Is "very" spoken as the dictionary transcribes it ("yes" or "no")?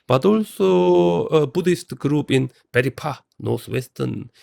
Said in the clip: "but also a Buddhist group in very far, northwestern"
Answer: no